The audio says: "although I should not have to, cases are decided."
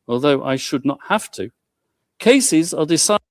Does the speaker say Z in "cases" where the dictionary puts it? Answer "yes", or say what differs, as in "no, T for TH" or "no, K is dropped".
yes